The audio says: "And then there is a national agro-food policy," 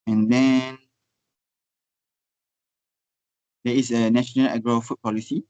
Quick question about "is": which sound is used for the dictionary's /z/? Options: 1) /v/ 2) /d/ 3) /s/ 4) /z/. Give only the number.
3